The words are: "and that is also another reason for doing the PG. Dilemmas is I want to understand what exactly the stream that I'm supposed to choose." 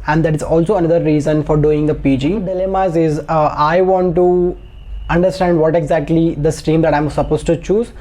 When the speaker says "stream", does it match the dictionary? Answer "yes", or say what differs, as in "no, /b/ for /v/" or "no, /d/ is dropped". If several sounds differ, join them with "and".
no, /ɹ/ is dropped